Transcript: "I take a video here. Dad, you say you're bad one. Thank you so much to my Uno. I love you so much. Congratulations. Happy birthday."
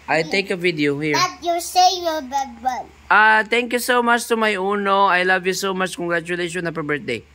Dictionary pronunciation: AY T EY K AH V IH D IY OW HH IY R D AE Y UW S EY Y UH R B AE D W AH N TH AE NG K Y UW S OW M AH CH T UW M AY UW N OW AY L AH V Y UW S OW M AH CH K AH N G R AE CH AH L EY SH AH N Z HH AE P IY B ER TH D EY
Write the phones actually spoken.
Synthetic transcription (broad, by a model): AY T EY K AH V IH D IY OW HH IY R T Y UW S EY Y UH L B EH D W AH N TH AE NG K Y UW S OW M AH CH T UW M AY UW N OW AY L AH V Y UW S OW M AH CH K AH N G R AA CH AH L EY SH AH N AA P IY B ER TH D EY